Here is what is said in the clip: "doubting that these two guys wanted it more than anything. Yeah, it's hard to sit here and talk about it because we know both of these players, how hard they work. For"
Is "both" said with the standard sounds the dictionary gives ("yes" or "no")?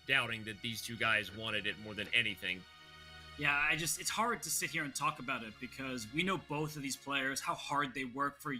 yes